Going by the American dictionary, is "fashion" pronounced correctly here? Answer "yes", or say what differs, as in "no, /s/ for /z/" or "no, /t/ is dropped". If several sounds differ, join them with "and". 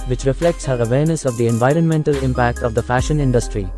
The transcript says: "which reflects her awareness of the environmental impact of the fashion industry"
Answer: yes